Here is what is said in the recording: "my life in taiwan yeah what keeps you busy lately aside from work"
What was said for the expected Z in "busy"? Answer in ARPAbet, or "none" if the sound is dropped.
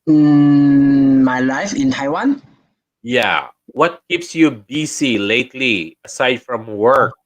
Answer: S